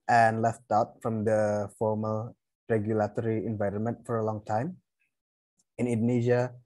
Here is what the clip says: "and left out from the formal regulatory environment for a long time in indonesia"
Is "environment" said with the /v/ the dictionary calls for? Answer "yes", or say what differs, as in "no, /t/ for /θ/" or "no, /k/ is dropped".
yes